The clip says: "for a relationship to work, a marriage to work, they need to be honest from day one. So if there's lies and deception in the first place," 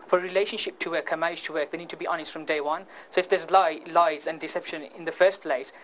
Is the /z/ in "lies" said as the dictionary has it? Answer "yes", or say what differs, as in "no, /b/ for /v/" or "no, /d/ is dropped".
yes